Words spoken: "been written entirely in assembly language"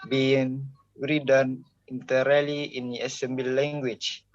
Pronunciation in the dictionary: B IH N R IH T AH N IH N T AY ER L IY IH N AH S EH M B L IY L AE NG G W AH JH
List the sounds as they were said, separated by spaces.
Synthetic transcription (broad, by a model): B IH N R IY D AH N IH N T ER L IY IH N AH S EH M B IY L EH NG G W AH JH